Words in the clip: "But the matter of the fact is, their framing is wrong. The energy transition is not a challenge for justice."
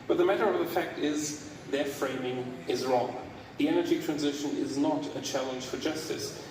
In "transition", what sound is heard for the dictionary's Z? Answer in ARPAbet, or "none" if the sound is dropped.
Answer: Z